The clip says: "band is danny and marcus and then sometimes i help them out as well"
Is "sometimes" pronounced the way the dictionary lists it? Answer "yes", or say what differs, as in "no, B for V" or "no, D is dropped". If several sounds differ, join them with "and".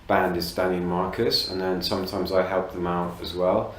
yes